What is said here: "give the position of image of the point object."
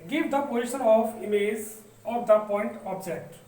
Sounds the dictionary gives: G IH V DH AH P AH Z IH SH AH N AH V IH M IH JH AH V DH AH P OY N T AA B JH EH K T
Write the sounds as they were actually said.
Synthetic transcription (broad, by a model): G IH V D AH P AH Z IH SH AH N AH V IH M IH Z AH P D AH P OY N T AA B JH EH K T